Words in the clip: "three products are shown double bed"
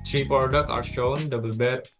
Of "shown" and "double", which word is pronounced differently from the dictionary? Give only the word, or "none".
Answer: none